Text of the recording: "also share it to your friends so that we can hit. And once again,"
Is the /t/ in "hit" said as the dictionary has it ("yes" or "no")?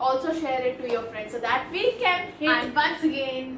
no